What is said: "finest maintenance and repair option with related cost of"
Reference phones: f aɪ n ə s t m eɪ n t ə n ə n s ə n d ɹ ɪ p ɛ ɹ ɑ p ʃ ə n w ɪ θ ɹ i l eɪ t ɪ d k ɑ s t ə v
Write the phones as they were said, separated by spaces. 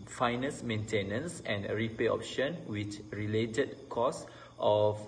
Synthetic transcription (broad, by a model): f aɪ n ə s m eɪ n t ə n ə n s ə n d ɹ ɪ p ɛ ɑ p ʃ ə n w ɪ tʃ ɹ i l eɪ t ɪ d k ɑ s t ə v